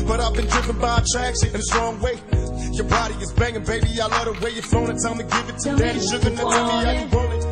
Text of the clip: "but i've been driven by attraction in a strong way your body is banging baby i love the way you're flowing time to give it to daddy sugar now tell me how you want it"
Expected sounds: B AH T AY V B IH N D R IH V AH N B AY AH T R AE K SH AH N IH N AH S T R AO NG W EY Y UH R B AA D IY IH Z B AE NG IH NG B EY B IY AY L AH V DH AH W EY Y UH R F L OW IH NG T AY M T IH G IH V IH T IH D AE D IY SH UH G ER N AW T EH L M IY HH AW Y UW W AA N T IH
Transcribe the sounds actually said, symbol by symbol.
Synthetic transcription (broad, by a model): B AH T AY V B IH N D R IH V AH N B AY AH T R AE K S IH N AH S T R AO NG W EY Y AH R B AA D IY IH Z B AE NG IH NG B EY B IY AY L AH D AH W EY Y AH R F OW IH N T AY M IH G IH V IH T IH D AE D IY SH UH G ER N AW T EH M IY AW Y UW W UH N IH